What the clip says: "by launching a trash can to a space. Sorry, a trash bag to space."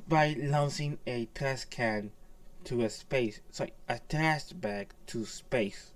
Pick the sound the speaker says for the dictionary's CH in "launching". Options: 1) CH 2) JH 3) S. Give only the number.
3